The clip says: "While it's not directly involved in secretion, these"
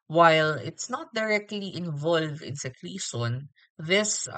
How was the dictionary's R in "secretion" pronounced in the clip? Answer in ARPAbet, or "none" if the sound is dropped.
L